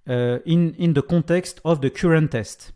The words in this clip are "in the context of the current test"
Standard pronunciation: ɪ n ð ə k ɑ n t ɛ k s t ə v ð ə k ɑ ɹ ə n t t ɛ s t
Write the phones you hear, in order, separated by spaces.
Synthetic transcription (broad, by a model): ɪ n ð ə k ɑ t ɛ k s t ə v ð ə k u ɹ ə n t t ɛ s t